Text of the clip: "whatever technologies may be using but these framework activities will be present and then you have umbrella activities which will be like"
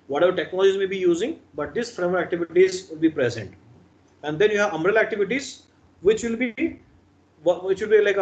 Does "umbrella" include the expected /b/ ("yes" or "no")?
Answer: no